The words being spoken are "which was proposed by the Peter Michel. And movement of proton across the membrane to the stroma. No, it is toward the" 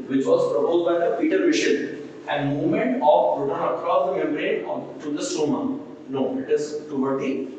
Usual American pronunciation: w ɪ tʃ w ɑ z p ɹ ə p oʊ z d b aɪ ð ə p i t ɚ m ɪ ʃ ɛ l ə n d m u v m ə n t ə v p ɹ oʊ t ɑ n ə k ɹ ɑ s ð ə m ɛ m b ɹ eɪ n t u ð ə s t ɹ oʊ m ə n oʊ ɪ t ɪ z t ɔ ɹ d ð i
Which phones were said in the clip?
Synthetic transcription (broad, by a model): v ɪ tʃ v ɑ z p ɹ ə p oʊ z d b aɪ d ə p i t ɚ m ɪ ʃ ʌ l ə n d m u v m ə n t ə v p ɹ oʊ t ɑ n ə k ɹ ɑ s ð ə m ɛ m ɹ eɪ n t u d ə s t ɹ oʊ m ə n oʊ ɪ t ɪ z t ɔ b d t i